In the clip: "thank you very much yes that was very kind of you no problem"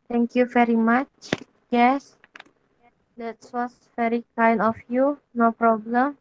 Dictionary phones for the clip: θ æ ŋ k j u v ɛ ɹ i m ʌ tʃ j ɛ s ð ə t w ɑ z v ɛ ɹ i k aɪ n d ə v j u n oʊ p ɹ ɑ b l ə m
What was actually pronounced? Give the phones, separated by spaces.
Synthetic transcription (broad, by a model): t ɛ ŋ k j u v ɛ ɹ i m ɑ tʃ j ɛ s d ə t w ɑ s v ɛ ɹ i k aɪ n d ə f j u n oʊ p ɹ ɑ b l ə m